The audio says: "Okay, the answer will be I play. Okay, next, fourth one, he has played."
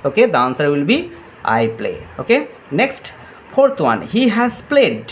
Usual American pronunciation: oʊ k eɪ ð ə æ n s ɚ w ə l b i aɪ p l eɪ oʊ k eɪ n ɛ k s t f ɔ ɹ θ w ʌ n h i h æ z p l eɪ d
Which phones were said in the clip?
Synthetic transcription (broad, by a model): oʊ k eɪ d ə n s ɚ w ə l b i aɪ p l eɪ oʊ k eɪ n ɛ k s t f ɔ ɹ t w ʌ n h i h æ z p l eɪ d